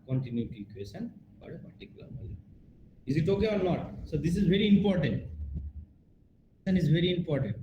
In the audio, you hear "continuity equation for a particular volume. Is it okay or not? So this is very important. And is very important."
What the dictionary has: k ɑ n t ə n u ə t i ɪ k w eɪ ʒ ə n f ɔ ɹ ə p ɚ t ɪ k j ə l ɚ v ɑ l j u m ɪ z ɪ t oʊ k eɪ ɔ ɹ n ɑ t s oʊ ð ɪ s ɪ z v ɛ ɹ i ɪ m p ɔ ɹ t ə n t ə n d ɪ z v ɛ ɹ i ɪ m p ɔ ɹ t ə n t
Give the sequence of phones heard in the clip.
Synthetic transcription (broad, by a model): k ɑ n t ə n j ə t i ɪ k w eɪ ʃ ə n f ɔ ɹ ə p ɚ t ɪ k j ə l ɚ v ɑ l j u ɪ z ɪ t oʊ k eɪ ɔ ɹ n ɑ t s oʊ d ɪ s ɪ z v ɛ ɹ i ɪ m p ɔ ɹ t ə n t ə n ɪ z v ɛ ɹ i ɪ m p ɔ ɹ t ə n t